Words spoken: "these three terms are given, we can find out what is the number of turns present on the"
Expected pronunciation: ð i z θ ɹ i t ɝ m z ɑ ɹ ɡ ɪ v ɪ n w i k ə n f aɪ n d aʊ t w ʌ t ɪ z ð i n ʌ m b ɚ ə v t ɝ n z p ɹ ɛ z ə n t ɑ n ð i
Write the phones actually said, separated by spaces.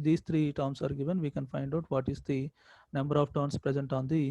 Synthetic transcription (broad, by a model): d i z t ɹ i t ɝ m s ɑ ɹ ɡ ɪ v ɪ n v i k ə n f aɪ n d aʊ t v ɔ t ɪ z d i n ʌ m b ɚ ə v t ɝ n s p ɹ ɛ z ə n t ɑ n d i